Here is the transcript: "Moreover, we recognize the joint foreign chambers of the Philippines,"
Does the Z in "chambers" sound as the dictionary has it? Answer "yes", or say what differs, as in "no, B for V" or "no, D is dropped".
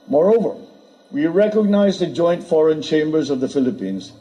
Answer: yes